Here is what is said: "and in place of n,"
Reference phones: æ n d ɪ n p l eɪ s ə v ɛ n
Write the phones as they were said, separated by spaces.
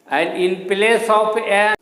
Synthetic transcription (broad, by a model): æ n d ɪ n p l eɪ s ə p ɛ